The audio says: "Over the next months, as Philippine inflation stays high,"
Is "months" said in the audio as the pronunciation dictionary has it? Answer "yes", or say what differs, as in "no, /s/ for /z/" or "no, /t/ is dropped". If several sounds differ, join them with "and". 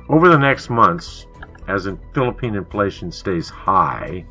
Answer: yes